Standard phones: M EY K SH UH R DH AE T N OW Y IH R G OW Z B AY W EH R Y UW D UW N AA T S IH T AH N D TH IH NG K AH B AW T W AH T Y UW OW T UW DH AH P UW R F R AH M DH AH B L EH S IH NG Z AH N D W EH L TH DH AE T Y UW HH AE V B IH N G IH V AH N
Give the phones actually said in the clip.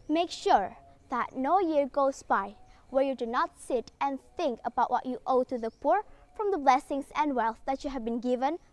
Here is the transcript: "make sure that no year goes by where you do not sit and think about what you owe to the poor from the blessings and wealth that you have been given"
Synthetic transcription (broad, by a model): M EY K SH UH R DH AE T N OW Y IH R G OW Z B AY W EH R Y UW D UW N AA T S IH T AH N TH IH NG K AH B AW T W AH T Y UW OW T UW DH AH P UW R F R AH M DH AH B L EH S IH NG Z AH N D W EH L TH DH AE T Y UW HH AE V B IH N G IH V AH N